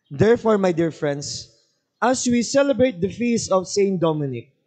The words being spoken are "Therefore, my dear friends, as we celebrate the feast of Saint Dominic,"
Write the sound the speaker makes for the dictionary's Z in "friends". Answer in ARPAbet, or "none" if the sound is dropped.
S